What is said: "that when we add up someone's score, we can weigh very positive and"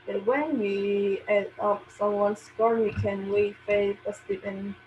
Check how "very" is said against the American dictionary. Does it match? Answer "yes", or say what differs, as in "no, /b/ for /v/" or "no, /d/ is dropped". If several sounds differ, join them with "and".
no, /f/ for /v/ and /ɹ/ is dropped